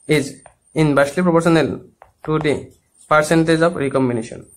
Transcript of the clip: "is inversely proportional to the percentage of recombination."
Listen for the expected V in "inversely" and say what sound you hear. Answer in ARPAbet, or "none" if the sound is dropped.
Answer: B